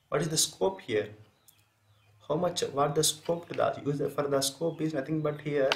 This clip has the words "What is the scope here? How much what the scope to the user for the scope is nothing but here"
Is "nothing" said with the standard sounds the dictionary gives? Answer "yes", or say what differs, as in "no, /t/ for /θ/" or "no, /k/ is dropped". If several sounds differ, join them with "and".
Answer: no, /t/ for /θ/